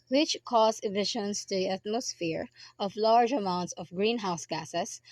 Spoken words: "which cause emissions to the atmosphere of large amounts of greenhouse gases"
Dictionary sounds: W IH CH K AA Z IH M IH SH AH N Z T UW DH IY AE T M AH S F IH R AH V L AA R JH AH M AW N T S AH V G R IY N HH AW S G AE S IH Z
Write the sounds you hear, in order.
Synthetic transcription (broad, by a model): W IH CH K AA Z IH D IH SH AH N S T UW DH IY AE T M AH S F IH R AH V L AA R JH AH M AW N T S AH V G R IY N HH AW S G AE S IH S